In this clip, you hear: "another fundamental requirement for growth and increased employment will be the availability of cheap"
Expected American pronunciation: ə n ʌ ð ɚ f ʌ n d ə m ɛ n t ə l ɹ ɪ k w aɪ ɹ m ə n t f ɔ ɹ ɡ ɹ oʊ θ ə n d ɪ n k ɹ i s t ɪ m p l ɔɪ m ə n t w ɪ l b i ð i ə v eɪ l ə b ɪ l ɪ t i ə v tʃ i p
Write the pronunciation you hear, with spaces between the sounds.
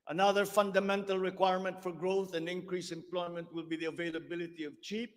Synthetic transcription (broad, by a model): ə n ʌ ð ɚ f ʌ n d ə m ɛ n t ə l ɹ ɪ k w aɪ ɹ m ə n t f ɔ ɹ ɡ ɹ oʊ θ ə n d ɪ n k ɹ i s ɪ m p l ɔɪ m ə n t w ɪ l b i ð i ə v eɪ l ə b ɪ l ɪ t i ə v tʃ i p